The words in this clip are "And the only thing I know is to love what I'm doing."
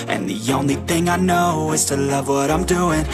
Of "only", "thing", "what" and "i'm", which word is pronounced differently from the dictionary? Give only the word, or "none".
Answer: none